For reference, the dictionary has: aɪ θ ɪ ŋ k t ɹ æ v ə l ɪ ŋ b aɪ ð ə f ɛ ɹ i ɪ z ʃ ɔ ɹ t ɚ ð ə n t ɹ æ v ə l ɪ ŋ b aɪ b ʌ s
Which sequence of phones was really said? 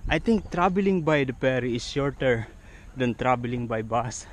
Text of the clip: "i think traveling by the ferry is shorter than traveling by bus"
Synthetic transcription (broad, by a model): aɪ t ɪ ŋ k t ɹ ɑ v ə l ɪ ŋ b aɪ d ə p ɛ ɹ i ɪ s ʃ ɔ ɹ t ɚ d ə n t ɹ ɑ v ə l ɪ ŋ b aɪ b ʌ s